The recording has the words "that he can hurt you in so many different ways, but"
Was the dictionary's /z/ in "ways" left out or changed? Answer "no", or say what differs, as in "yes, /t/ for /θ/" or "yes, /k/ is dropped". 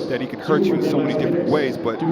no